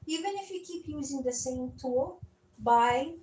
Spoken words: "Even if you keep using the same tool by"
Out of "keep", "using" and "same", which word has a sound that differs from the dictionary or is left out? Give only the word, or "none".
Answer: none